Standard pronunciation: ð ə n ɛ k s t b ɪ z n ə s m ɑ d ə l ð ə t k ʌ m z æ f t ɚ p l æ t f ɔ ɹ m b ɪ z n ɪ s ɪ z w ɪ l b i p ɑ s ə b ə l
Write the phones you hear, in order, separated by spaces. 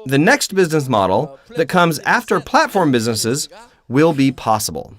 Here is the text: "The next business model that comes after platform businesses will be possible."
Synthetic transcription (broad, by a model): ð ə n ɛ k s t b ɪ z n ə s m ɑ d l ð ə t k ʌ m z æ f t ɚ p l æ t f ɔ ɹ m b ɪ z n ɪ s ɪ z w ɪ l b i p ɑ s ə b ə l